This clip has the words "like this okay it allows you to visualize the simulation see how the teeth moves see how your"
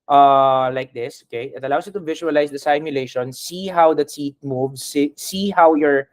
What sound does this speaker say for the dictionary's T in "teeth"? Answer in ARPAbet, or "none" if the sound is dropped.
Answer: S